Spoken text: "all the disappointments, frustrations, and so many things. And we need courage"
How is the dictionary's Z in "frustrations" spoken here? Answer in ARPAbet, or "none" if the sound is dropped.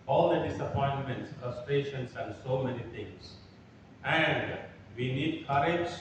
S